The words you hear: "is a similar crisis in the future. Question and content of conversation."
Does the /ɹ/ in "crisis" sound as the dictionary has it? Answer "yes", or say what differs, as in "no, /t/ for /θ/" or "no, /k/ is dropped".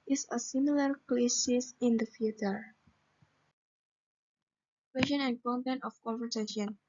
no, /l/ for /ɹ/